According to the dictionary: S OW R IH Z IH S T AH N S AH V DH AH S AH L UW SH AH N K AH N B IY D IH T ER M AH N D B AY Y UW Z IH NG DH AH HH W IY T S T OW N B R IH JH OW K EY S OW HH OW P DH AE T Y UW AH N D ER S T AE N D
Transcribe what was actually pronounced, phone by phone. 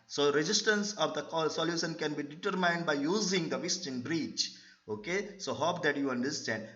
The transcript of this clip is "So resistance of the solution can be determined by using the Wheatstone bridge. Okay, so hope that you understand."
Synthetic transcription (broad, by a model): S OW R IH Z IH S T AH N S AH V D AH S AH L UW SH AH N K AH N B IY D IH T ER M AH N D B AY Y UW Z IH NG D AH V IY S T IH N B R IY CH OW K EY S OW HH OW P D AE T Y UW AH N D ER S T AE N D